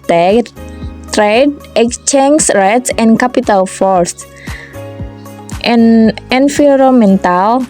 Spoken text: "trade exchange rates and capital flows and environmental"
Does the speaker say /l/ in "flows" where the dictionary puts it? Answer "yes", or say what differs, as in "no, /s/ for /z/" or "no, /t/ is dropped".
no, /l/ is dropped